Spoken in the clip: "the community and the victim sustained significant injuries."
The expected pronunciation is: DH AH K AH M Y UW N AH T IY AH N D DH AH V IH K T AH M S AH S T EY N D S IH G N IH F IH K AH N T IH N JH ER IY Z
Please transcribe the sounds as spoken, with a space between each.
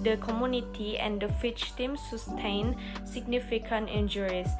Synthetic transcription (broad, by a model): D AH K AH M Y UW N AH T IY AH N D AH F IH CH T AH M S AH S T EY N S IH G N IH F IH K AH N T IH N JH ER IY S